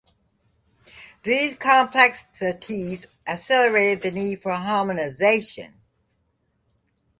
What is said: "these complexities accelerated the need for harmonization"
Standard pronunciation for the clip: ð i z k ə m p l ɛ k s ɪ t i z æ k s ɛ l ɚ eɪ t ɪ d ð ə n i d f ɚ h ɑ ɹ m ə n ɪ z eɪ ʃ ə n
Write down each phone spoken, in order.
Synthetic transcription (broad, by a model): ð i z k ə m p l ɛ k s ɪ t i z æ s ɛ l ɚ eɪ t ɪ d ð ə n i d f ɚ h ɑ ɹ m ə n ɪ z eɪ ʃ ə n